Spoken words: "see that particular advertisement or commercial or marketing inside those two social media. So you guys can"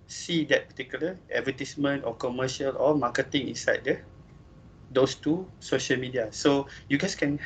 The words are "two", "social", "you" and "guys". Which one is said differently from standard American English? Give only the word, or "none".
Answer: guys